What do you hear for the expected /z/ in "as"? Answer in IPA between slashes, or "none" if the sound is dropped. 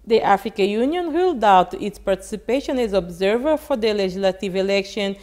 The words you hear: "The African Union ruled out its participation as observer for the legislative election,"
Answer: /z/